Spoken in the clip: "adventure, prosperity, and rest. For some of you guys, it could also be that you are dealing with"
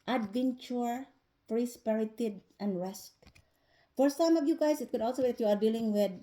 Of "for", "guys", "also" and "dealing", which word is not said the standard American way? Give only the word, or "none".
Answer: guys